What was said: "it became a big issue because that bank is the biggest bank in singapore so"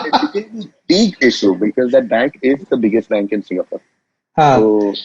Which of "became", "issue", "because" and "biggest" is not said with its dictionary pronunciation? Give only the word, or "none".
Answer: became